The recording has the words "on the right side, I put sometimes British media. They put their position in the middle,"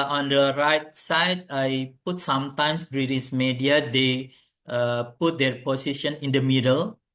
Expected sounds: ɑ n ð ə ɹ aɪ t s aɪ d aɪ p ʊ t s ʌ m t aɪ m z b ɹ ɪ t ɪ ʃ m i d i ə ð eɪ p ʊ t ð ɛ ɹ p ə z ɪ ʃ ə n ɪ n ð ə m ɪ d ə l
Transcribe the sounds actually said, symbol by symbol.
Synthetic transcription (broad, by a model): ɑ n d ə ɹ aɪ t s aɪ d aɪ p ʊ t s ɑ m t aɪ m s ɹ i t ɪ s m i d i ə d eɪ p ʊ t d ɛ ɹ p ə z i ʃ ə n ɪ n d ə m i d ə l